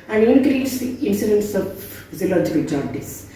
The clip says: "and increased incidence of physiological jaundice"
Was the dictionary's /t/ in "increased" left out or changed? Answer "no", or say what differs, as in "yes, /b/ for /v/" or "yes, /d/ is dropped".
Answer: yes, /t/ is dropped